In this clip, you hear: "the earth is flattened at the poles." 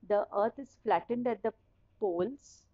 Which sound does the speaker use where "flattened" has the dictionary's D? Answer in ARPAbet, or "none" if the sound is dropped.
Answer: D